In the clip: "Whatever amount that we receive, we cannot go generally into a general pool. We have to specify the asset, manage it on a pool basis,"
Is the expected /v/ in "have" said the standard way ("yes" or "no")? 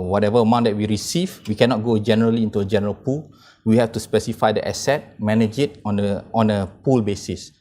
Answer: no